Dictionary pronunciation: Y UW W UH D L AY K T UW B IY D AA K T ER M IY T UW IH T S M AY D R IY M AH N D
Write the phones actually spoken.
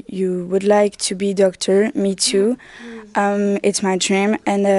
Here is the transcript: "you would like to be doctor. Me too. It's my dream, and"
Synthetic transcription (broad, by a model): Y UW W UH D L AY K T UW B IY D AA K T ER M IY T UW IH T S M AY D R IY M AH N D